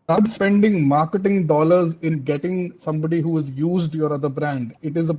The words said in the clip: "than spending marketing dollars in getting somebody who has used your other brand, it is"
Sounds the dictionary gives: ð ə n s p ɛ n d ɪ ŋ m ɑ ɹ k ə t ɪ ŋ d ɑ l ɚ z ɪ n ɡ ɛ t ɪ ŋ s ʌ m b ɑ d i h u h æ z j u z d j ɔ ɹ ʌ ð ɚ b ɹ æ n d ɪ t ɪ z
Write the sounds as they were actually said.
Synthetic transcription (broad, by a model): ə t s p ɛ n d ɪ ŋ m ɑ ɹ k ə t ɪ ŋ d ɑ l ɚ z ɪ n ɡ ɛ t ɪ ŋ s ʌ m b ɑ d i h u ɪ z j u z d j ɔ ɹ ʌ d ɚ b ɹ æ n d ɪ t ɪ z